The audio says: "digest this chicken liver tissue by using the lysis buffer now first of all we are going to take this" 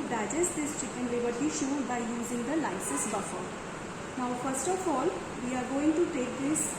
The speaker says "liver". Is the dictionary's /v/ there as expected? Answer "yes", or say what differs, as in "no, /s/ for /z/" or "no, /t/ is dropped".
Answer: no, /b/ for /v/